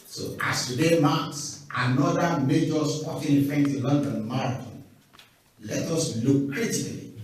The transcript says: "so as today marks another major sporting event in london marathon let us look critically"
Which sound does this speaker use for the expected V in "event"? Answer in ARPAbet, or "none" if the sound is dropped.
F